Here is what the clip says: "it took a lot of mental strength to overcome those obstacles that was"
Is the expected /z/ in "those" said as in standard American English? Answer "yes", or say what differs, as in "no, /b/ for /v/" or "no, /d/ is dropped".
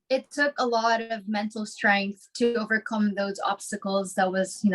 yes